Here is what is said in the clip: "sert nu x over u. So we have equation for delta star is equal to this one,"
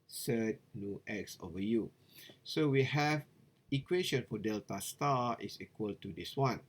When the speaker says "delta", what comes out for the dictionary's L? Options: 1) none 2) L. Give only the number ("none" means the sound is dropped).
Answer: 2